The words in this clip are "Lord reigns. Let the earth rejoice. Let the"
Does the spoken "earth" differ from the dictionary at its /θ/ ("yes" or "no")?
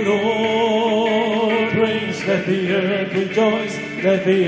yes